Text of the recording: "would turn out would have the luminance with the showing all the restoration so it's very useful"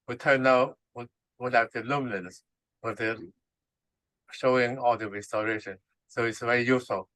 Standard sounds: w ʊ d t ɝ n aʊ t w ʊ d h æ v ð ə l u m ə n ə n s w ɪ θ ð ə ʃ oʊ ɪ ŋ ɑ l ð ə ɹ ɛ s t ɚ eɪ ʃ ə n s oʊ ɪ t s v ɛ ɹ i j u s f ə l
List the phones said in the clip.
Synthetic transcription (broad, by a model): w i t ɝ n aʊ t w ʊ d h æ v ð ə l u m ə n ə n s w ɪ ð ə ʃ oʊ ɪ ŋ ɑ l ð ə ɹ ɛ s t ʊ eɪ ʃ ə n s oʊ ɪ t s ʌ w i j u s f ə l